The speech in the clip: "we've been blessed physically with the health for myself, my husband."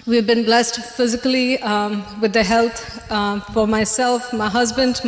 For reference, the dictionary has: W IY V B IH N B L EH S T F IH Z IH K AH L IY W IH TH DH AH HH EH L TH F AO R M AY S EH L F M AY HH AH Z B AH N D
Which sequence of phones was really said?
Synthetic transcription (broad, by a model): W IY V B IH N B L EH S T F IH Z IH K AH L IY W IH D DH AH HH EH L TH F AO R M AY S EH L F M AY HH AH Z B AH N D